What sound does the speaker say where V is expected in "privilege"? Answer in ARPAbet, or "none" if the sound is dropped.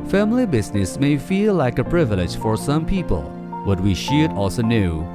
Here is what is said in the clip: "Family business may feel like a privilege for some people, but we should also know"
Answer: V